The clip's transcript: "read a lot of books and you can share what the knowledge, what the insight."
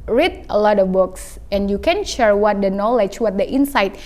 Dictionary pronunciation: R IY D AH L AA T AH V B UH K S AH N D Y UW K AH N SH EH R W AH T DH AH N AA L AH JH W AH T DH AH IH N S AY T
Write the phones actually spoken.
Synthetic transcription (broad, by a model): R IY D AH L AA T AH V B UH K S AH N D Y UW K AH N SH EH R W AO T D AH N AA L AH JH W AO T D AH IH N S AY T